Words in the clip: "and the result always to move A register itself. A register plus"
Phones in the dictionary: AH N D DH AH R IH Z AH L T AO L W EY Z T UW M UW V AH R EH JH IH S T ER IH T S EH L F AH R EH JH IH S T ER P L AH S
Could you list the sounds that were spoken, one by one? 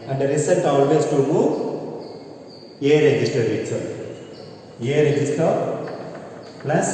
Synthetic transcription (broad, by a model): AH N D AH R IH S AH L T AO L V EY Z T UW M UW AH R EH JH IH S T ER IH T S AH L AH R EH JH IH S T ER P L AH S